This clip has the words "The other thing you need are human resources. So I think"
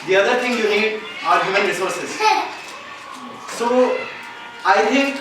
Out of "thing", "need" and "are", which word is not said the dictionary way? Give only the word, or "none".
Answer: thing